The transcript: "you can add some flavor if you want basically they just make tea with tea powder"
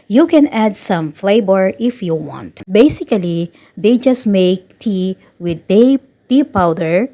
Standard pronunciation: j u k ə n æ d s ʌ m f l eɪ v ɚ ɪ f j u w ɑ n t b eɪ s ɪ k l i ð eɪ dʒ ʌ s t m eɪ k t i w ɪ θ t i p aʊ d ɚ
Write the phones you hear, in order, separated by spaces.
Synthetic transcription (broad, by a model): j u k ə n æ d s ʌ m f l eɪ b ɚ ɪ f j u w ɑ n t b eɪ s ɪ k l i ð eɪ dʒ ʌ s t m eɪ k t i w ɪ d t i p aʊ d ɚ